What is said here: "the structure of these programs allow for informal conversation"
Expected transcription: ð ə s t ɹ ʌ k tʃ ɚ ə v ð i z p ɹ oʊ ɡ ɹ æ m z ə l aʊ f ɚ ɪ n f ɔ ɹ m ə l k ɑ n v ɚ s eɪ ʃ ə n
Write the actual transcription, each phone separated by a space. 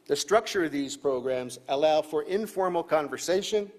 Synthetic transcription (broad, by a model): ð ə s t ɹ ʌ k tʃ ɚ ə v ð i z p ɹ oʊ ɡ ɹ æ m z ə l aʊ f ɚ ɪ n f ɔ ɹ m l k ɑ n v ɚ s eɪ ʃ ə n